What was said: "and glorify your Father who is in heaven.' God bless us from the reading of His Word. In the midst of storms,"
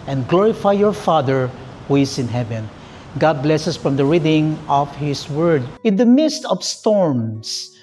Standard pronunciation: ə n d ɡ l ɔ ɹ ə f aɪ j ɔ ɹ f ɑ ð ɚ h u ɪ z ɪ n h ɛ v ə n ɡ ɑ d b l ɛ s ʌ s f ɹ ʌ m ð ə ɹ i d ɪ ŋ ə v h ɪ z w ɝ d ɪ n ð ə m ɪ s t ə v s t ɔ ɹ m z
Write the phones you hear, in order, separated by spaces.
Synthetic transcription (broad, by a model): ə n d ɡ l ɔ ɹ ə f aɪ j ɔ ɹ f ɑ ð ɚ h u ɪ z ɪ n h ɛ v ə n ɡ ɑ d b l ɛ s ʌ s f ɹ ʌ m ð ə ɹ i d ɪ ŋ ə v h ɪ s w ɝ d ɪ n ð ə m ɪ s t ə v s t ɔ ɹ m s